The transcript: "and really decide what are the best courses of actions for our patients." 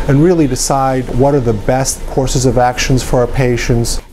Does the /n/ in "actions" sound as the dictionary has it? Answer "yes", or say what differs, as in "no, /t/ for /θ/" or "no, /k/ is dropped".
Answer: yes